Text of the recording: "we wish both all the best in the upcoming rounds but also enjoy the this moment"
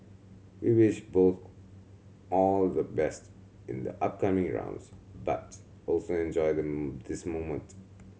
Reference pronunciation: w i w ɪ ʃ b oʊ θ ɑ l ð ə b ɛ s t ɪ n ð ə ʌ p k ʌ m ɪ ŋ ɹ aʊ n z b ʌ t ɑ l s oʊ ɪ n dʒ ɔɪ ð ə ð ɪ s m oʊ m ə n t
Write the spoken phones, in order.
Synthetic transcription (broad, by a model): w i w ɪ ʃ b oʊ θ ɑ l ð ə b ɛ s t ɪ n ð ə ʌ p k ʌ m ɪ ŋ ɹ aʊ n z b ʌ t ɑ l s oʊ ɪ n dʒ ɔɪ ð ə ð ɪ s m oʊ m ə n t